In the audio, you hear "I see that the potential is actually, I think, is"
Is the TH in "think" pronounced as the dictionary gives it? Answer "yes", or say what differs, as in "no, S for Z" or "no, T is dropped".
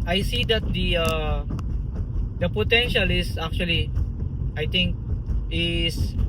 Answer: no, T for TH